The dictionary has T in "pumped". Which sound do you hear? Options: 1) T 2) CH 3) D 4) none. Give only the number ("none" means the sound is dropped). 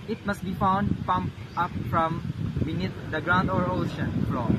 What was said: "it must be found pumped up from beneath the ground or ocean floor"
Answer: 4